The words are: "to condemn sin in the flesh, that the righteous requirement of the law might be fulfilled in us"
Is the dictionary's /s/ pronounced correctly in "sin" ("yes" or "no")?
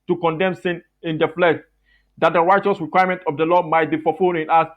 yes